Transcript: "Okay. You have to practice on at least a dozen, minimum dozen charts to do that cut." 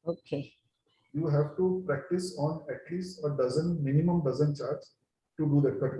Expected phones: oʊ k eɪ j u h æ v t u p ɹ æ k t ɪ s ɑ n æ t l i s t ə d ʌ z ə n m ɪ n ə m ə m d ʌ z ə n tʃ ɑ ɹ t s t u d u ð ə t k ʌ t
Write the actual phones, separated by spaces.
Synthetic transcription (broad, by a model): oʊ k eɪ j u h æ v t u p ɹ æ k t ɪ s ɑ n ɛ t l i s t ə d ʌ z ə n m ɪ n ə m ə m d ʌ z ə n tʃ ɑ ɹ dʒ t u d u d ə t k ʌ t